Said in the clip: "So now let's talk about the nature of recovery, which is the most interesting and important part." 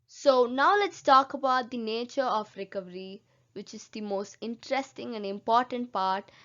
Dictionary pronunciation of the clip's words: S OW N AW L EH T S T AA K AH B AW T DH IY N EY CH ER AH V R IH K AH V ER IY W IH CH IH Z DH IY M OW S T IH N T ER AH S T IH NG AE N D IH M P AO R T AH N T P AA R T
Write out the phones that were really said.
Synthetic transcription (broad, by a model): S OW N AW L EH T S T AA K AH B AW T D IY N EY CH ER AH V R IH K AH V ER IY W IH CH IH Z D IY M OW S T IH N T ER AH S T IH NG AE N D IH M P AO R T AH N T P AA R T